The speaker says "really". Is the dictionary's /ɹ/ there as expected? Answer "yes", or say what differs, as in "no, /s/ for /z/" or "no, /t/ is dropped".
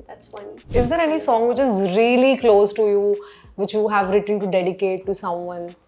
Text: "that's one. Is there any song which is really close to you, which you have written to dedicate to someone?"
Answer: yes